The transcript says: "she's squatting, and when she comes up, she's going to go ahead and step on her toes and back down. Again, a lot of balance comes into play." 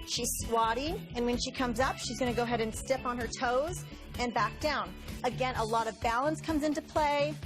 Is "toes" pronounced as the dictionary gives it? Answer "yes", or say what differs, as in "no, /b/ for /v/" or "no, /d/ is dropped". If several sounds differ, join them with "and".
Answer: yes